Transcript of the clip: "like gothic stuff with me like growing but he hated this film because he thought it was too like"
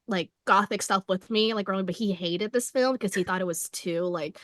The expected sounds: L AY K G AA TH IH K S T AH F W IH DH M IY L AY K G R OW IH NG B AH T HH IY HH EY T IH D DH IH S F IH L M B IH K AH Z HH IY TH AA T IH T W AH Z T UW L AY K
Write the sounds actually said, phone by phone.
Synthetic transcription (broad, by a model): L AY K G AA TH IH K S T AH F W IH DH M IY L AY K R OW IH B AH T HH IY HH EY T IH D DH IH S F IH L M K AH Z IY TH AA T IH T W AH Z T UW L AY K